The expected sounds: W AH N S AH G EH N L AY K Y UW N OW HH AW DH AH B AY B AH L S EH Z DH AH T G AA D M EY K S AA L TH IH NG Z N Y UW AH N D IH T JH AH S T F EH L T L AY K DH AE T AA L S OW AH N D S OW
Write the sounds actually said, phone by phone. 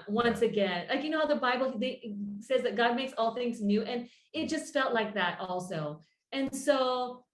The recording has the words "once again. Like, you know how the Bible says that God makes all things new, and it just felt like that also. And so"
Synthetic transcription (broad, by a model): W AH N S AH G EH N L AY K Y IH N OW HH AW DH AH B AY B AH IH S EH Z DH AH T G AA D M EY K S AA L TH IH NG Z N Y UW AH N IH T JH AH S T F EH L T L AY K DH AE T AA L S OW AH N S OW